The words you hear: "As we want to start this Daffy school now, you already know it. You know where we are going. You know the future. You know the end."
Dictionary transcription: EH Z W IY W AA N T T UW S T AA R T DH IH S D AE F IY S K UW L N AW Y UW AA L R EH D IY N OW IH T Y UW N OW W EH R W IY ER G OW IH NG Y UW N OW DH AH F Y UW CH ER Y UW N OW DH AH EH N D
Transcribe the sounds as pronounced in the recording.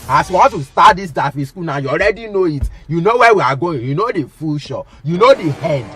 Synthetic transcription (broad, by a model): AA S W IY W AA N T T UW S T AA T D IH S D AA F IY S K UW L N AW Y UW AA L R EH D IY N OW IH T Y UW N OW W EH W IY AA G OW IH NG Y UW N OW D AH F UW SH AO Y UW N OW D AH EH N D